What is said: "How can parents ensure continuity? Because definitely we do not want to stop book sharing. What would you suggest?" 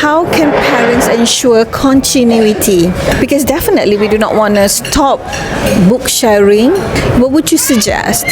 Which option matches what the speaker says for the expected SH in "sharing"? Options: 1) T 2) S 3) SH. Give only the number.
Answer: 3